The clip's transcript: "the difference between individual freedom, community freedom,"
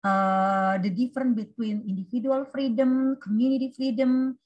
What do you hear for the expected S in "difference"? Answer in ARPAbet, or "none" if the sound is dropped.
none